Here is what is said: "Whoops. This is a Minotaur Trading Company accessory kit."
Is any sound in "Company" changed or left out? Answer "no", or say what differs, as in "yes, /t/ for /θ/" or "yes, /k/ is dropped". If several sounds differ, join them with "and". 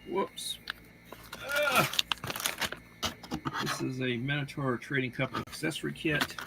yes, /m/ is dropped